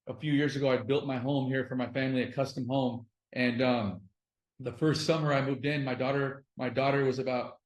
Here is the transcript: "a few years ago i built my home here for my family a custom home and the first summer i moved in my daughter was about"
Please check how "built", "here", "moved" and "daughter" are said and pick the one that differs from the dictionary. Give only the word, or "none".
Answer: none